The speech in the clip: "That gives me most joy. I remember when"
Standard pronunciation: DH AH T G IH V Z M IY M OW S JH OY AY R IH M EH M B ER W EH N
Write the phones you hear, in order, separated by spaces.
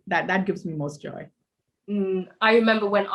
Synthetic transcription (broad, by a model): DH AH T G IH V Z M IY M OW S JH OY AY R IH M EH M B ER W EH N